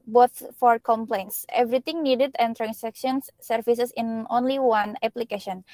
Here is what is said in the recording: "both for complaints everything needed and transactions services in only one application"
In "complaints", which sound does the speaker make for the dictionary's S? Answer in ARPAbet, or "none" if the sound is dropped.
S